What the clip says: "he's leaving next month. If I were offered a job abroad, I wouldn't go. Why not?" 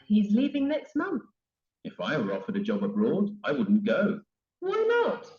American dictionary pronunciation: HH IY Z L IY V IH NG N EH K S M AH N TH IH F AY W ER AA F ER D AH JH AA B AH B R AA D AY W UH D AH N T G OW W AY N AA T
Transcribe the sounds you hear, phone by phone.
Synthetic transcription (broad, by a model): HH IY Z L IY V IH NG N EH K S M AH N TH IH F AY W ER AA F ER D AH JH AA B AH B R AA D AY W UH D N G OW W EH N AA T